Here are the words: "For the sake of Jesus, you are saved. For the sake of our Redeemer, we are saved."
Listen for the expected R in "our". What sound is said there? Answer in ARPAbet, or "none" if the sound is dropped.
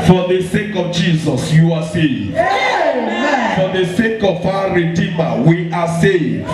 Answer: W